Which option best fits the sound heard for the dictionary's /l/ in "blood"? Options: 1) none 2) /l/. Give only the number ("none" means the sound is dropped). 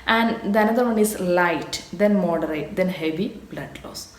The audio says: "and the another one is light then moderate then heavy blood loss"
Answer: 2